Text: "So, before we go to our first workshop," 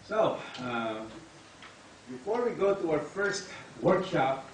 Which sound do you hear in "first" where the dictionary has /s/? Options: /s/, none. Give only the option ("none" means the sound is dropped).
/s/